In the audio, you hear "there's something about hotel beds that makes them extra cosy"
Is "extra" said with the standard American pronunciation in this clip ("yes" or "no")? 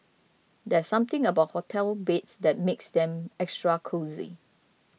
yes